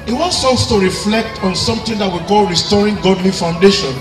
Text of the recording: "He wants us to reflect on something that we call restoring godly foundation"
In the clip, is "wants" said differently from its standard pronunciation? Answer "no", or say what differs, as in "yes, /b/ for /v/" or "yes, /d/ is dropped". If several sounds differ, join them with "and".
no